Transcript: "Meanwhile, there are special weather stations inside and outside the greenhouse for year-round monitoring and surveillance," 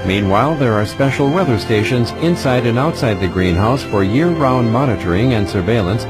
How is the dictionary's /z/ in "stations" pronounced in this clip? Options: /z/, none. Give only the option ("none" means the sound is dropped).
/z/